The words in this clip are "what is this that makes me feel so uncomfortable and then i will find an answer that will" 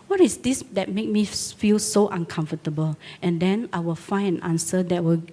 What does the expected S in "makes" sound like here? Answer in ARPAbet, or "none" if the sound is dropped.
none